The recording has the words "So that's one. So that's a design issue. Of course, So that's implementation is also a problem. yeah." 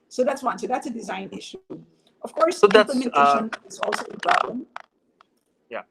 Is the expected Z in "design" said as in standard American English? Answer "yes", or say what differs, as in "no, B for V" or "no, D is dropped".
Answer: yes